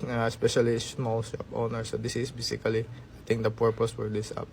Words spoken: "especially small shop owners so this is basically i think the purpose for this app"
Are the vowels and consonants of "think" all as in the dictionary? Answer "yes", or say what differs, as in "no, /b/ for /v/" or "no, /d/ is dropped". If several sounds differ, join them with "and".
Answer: no, /t/ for /θ/